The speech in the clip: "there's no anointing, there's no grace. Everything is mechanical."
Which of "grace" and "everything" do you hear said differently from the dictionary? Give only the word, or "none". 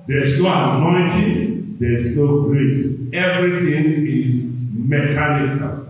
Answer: everything